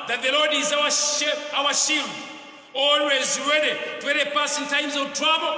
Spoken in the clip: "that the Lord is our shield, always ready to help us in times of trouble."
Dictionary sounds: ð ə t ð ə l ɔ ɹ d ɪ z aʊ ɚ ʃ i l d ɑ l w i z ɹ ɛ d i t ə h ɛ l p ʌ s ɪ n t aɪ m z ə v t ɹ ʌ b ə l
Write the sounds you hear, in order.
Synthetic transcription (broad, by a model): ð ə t ð ə l ɔ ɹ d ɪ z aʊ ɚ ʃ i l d ɑ l w i z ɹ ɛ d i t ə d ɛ p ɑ s ɪ n t aɪ m z ə v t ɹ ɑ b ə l